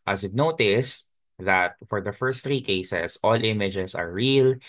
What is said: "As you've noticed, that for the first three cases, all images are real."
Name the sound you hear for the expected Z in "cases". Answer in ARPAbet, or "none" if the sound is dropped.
S